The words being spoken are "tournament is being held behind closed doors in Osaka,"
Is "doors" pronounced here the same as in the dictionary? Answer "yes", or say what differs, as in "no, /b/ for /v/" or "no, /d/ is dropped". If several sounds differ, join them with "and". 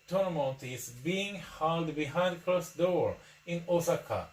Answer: no, /z/ is dropped